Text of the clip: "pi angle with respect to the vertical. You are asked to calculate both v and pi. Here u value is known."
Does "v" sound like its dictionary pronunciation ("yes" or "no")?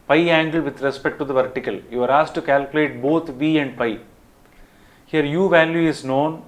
yes